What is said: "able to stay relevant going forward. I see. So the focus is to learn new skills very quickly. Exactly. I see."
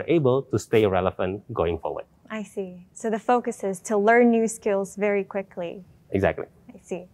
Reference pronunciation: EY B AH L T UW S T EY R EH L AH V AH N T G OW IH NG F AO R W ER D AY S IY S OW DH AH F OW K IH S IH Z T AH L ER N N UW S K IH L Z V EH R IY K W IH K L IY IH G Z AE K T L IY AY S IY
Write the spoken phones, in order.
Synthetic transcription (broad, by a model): EY B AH L T UW S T EY R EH L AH F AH N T G OW IH NG F AO R W ER D AY S IY S OW DH AH F OW K IH S IH Z T AH L ER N N UW S K IH L Z V EH R IY K W IH K L IY IH G Z AE K T L IY AY S IY